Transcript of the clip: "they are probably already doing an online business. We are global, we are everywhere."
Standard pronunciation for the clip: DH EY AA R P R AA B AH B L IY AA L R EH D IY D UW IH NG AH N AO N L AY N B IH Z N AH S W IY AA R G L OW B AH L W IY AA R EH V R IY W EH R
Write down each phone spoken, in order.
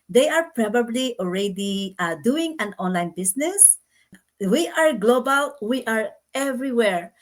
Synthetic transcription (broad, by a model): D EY AA R P R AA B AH B L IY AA L R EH D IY D UW IH NG AH N AO N L AY N B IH S N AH S W IY AA R G L OW B AH L W IY AA R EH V R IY W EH R